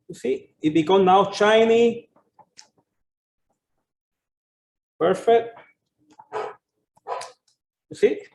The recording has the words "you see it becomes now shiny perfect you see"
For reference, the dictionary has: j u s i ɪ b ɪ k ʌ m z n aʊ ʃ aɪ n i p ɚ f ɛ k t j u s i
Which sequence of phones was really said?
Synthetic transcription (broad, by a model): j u s i ɪ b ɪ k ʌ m n aʊ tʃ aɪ n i p ɚ f ɛ k t j u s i